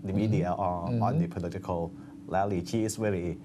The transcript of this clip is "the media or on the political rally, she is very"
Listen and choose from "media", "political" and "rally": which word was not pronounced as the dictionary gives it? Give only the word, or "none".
rally